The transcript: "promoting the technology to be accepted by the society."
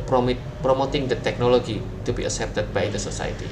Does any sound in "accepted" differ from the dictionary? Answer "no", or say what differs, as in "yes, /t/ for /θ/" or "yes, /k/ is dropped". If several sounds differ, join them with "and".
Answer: yes, /k/ is dropped